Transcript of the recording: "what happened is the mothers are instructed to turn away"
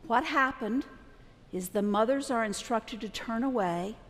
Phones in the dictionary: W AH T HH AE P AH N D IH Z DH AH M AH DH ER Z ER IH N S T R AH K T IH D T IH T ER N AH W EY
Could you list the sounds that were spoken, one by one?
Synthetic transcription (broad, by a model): W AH T HH AE P AH N D IH Z DH AH M AH DH ER Z ER IH N S T R AH K T IH D T IH T ER N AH W EY